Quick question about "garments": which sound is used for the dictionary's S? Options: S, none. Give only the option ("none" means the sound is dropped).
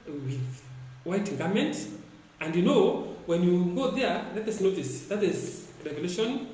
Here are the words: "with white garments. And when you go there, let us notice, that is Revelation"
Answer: none